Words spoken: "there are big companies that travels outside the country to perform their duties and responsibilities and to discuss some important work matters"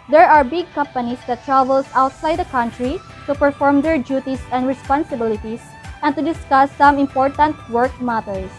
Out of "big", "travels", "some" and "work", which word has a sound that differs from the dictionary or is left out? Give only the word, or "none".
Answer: travels